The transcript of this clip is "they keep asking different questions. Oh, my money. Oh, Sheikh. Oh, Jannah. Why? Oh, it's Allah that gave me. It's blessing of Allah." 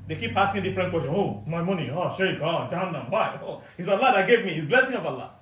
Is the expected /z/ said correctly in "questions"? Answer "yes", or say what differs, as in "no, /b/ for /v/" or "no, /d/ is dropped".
no, /z/ is dropped